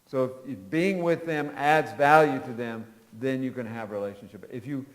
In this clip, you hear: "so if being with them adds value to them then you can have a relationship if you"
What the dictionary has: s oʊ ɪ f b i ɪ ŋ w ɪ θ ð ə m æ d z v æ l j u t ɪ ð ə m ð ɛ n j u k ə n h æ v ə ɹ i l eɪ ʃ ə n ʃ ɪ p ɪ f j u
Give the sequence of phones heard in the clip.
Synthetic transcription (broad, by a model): s oʊ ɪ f b i ɪ ŋ w ɪ ð ə m æ d z v æ l j u t ɪ ð ə m ð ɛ n j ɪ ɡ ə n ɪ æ v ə ɹ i l eɪ ʃ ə n ʃ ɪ p ɪ f j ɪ